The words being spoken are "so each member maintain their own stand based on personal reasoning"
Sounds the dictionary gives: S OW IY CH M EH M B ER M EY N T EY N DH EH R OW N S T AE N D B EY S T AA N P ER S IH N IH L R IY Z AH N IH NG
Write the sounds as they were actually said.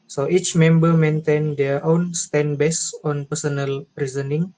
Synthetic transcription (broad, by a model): S OW IY CH M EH M B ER M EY N T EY N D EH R OW N S T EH N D B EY S AA N P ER S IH N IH L R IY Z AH N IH NG